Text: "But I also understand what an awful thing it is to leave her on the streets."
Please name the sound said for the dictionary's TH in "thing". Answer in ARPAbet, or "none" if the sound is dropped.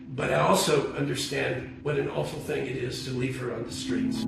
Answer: TH